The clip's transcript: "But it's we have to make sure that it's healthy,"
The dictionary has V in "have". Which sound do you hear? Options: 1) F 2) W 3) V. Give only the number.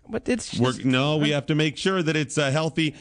1